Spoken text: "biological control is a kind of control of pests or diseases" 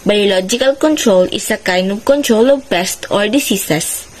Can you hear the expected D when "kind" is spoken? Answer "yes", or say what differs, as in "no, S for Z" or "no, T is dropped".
no, D is dropped